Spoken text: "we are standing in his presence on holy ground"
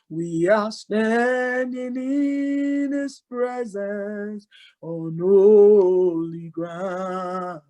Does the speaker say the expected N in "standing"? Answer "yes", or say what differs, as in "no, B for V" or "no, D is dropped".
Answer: yes